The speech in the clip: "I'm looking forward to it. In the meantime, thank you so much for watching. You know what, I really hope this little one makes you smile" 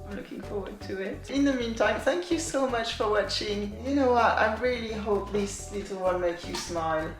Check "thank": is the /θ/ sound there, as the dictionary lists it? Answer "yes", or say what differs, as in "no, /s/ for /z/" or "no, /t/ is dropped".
yes